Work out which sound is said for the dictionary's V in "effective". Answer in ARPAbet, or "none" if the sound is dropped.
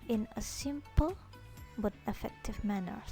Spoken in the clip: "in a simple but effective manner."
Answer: V